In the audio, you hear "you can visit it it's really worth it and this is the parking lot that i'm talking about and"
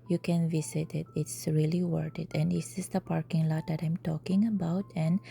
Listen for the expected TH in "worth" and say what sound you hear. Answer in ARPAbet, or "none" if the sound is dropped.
T